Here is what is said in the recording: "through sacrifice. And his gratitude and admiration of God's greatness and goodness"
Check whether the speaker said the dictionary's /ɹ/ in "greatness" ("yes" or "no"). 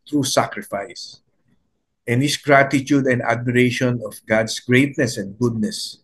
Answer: yes